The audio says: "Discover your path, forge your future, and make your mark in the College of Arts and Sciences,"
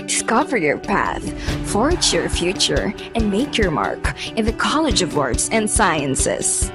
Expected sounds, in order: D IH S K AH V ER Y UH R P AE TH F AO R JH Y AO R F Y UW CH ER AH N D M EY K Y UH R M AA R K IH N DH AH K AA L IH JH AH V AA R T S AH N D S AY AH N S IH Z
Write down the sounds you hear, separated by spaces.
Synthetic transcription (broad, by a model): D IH S K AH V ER Y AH R P AE TH F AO R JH Y AO R F Y UW CH ER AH N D M EY K Y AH R M AA R K IH N DH AH K AA L IH JH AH V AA R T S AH N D S AY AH N S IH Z